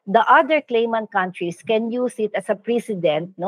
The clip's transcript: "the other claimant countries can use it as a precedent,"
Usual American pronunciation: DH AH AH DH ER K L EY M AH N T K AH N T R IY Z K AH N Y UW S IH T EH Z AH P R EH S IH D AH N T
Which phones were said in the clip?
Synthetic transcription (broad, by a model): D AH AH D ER K L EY M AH N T K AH N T R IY S K AH N Y UW S IH T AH S AH P R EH S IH D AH N T